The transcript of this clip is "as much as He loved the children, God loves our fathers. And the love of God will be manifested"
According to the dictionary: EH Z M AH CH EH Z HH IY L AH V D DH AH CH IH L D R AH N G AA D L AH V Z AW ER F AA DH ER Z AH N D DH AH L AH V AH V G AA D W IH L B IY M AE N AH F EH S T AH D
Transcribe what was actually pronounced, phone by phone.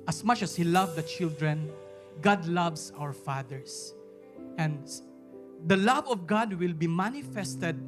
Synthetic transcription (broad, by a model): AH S M AH CH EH S HH IY L AH V D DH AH CH IH L D R AH N G AA D L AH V S AW ER F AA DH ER S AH N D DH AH L AH V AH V G AA D W IH L B IY M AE N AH F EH S T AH D